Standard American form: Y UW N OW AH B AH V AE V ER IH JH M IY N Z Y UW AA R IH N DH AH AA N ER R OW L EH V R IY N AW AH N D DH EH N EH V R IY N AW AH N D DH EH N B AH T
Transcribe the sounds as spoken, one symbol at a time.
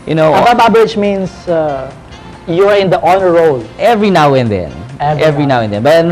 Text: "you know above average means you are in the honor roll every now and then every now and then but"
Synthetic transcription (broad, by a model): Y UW N OW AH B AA B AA B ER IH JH M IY N S Y UW AA R IH N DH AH AA N ER R OW L EH V R IY N AW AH N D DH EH N EH V R IY N AW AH N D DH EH N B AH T